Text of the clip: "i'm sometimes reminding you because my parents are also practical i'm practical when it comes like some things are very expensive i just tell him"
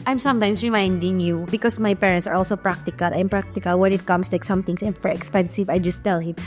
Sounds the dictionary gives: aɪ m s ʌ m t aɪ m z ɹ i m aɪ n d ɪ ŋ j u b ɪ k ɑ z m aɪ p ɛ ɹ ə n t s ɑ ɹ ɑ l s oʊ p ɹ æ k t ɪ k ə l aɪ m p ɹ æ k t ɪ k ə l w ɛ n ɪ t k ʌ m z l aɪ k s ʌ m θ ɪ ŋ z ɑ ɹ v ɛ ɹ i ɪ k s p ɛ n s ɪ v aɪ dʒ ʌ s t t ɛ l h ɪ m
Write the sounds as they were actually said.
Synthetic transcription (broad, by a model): aɪ m s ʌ m t aɪ m s ɹ i m aɪ n d ɪ ŋ j u b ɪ k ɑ s m aɪ p ɛ ɹ ə n t s ɑ ɹ ɑ l s oʊ p ɹ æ k t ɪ k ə l aɪ m p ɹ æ k t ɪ k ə l w ɛ n ɪ t k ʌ m s l aɪ k s ʌ m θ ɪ ŋ s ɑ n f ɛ ɹ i k s p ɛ n s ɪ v aɪ dʒ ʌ s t t ɛ l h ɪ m